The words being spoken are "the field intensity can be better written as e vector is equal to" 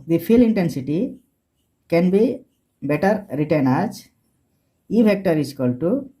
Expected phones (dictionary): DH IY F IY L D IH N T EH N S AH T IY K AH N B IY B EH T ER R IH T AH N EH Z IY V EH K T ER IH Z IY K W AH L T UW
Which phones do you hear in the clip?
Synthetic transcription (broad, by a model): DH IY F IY L IH N T EH N S AH T IY K AH N B IY B EH T ER R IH T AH N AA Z IY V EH K T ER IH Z K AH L T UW